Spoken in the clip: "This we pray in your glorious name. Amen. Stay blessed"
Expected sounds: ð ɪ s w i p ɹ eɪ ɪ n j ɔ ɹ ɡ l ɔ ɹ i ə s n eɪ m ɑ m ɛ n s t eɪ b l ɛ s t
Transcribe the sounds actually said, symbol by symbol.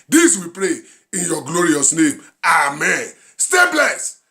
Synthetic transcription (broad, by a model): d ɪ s w i p ɹ eɪ ɪ n j ɔ ɡ l ɔ ɹ i ə s n eɪ m ɑ m ɛ n s t eɪ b l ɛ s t